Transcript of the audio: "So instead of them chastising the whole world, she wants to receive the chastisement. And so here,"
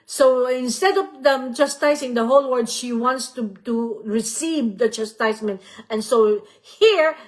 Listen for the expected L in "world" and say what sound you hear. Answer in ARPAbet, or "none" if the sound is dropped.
none